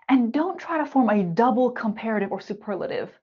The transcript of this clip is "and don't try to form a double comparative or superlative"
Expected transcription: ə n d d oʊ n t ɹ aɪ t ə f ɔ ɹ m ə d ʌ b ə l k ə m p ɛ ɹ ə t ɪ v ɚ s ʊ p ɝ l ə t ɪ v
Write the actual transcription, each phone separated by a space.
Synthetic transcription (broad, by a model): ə n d d oʊ n t ɹ aɪ t ə f ɔ ɹ m ə d ʌ b l k ə m p ɛ ɹ ə t ɪ v ɚ s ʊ p ɝ l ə t ɪ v